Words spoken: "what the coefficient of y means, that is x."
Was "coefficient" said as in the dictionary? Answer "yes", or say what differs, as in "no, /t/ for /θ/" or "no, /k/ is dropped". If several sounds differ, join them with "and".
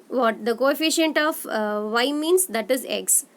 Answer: yes